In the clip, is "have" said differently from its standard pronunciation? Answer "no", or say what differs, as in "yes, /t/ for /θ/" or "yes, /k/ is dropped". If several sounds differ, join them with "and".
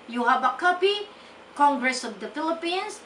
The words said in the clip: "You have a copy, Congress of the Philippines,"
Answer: yes, /b/ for /v/